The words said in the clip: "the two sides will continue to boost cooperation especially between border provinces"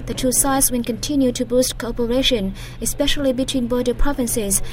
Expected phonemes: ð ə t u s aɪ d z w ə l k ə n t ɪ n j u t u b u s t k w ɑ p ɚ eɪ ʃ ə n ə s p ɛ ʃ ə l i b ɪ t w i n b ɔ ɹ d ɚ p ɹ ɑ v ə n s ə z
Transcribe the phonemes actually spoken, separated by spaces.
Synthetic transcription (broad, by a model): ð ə t u s aɪ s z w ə n k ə n t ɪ n j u t u b u s t k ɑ p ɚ eɪ ʃ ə n ə s p ɛ ʃ ə l i b ɪ t w i n b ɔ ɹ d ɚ p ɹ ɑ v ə n s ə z